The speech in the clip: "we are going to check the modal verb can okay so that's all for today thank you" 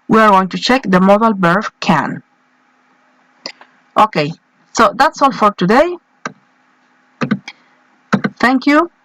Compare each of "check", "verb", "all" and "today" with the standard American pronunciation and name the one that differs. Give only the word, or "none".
verb